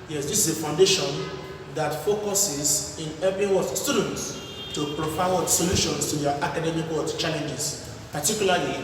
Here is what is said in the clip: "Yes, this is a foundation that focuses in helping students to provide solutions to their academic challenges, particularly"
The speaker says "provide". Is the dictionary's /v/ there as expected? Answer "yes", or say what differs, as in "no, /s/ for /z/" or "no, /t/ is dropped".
no, /w/ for /v/